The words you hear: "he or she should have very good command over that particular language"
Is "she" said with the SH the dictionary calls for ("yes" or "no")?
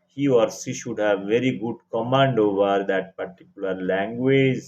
no